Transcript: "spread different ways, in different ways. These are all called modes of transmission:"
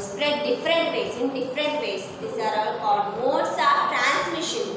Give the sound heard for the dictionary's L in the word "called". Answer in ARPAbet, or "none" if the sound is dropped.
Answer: none